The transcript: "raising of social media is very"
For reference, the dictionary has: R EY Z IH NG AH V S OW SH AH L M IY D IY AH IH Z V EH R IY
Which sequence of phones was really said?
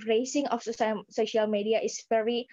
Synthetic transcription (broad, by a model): R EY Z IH NG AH F S OW SH AH L M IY D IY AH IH S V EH R IY